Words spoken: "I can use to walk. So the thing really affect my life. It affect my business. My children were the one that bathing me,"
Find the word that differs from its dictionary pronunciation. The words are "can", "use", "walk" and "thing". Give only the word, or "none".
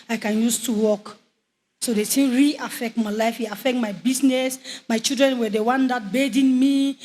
thing